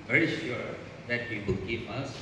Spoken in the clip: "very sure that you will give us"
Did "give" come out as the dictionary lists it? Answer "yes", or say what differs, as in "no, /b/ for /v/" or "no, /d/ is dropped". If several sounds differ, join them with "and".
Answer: no, /p/ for /v/